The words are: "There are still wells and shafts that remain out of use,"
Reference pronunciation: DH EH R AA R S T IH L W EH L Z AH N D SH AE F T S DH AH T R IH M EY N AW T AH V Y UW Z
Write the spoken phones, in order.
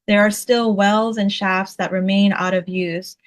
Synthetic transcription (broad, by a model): DH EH R AA R S T IH L W EH L Z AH N SH AE F T S DH AH T R IH M EY N AW T AH V Y UW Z